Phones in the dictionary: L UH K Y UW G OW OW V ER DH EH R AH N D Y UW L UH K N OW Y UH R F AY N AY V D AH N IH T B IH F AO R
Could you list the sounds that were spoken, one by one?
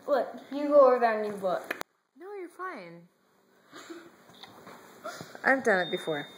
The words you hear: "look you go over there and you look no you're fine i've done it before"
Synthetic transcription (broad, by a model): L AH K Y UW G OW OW ER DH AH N Y UW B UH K N OW Y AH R F AY N AY V D AH N IH T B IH F AO R